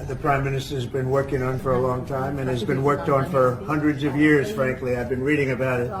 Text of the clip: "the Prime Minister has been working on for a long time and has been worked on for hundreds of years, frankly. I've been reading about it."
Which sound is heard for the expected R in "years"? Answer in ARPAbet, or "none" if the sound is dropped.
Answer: R